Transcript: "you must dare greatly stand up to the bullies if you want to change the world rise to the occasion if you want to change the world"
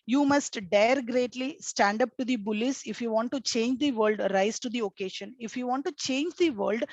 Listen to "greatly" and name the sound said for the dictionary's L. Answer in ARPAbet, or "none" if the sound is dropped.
L